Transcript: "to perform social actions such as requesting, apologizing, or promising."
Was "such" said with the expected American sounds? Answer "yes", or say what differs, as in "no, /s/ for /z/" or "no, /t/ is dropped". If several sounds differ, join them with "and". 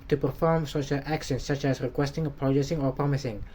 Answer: yes